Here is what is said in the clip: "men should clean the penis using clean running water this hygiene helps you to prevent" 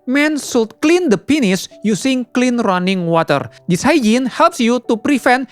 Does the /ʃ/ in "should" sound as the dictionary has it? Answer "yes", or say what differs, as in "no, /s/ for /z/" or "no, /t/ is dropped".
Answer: no, /s/ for /ʃ/